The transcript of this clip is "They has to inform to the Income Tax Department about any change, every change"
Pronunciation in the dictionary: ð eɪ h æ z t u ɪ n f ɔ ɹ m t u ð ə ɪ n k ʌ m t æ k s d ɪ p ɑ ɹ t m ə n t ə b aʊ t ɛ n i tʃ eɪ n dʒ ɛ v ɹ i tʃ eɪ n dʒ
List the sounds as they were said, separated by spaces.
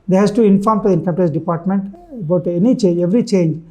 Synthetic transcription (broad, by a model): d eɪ h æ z t u ɪ n f ɔ ɹ m t u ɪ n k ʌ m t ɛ s d ɪ p ɑ ɹ t m ə n t ə b aʊ t ɛ n i tʃ eɪ n dʒ ɛ v ɹ i tʃ eɪ n dʒ